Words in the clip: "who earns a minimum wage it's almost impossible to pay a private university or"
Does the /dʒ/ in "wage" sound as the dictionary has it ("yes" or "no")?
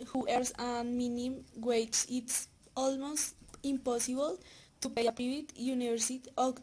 no